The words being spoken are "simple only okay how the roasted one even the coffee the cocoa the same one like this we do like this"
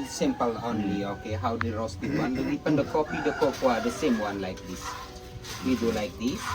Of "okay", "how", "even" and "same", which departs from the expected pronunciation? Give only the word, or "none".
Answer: even